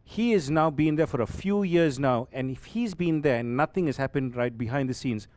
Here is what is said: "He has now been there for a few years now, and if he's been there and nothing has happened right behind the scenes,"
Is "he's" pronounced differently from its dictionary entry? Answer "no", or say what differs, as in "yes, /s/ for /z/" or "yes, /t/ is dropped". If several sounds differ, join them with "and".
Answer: no